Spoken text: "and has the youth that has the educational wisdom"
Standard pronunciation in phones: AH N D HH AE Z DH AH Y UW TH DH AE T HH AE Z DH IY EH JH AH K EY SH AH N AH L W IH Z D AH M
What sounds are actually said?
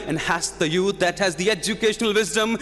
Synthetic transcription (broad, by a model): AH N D HH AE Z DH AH Y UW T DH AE T HH AE Z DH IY EH JH AH K EY SH AH N AH L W IH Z D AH M